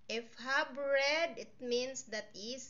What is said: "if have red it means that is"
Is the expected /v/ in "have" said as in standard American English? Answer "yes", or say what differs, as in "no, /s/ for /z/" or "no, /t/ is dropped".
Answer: no, /b/ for /v/